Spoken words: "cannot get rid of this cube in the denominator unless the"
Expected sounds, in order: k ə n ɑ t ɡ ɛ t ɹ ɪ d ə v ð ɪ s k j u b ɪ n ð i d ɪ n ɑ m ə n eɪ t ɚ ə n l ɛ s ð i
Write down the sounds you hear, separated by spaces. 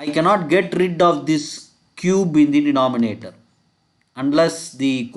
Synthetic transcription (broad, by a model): k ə n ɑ t ɡ ɛ t ɹ ɪ d ə v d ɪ s k j u b ɪ n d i d ɪ n ɑ m ə n eɪ t ɚ ə n l ɛ s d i